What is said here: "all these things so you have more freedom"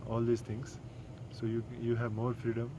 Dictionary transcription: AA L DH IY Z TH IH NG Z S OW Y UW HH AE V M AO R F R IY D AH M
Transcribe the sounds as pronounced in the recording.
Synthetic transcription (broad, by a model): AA L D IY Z T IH NG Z S OW Y UW HH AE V M AO R F R IY D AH M